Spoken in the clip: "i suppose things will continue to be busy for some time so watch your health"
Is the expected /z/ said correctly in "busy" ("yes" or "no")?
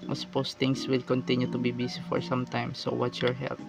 no